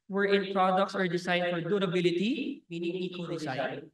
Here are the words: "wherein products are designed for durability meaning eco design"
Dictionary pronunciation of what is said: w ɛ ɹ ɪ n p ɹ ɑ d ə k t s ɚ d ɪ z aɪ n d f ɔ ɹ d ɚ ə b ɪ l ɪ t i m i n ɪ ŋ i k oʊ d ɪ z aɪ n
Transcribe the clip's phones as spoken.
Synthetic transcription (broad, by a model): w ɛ ɹ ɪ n p ɹ ɑ d ə k t s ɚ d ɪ s aɪ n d f ɔ ɹ d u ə b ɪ l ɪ t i m i n ɪ ŋ i k oʊ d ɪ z aɪ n